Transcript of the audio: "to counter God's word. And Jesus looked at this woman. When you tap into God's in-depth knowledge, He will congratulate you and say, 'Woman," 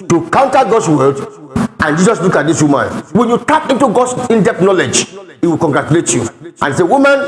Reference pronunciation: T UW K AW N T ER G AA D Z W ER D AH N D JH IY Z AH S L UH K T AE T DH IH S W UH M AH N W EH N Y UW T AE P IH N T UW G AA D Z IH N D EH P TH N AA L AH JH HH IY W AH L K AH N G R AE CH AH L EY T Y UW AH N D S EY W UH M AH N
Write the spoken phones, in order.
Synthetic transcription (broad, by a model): T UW K AW N T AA G AA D S W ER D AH N JH IY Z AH S L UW K AA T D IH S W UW M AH N W EH N Y UW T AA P IH N T UW G AA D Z IH N D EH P N AA L AH JH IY W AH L K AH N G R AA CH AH L EY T Y UW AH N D S EY W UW M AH N